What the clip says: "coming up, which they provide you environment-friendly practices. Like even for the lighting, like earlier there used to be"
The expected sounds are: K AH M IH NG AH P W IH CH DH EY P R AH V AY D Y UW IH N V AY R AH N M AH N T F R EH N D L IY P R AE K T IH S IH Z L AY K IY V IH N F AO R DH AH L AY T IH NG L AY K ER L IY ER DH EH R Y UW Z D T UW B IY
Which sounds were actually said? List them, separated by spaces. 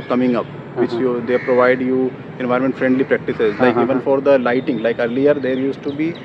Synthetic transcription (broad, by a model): K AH M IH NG AH P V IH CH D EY P R AH V AY D Y UW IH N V AY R M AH N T F R EH N D L IY P R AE K T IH S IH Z L AY K IY V IH N F AO R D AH L AY T IH NG L AY K ER L IY ER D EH R Y UW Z T UW B IY